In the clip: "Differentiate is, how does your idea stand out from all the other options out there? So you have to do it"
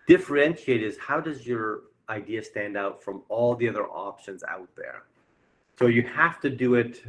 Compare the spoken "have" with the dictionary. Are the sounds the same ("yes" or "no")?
no